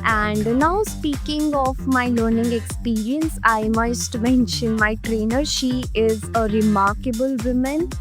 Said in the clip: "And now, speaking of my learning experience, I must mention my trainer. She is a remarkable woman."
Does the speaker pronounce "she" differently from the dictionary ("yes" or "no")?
no